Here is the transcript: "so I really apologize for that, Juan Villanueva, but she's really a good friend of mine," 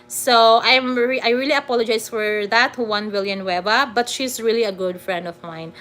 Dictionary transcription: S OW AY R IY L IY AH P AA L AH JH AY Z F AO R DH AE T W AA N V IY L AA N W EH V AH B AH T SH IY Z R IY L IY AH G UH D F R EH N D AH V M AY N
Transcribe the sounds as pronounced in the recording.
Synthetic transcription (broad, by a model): S OW AY R IY L IY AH P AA L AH JH AY S F AO R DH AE T W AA N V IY L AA N W EH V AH B AH T SH IY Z R IY L IY AH G UH D F R EH N D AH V M AY N